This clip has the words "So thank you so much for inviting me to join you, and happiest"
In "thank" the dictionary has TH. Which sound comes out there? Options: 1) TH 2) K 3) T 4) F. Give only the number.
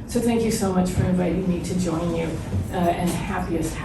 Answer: 1